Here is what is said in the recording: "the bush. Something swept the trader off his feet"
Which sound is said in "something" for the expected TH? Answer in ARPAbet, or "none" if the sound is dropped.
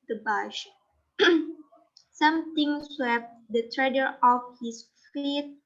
T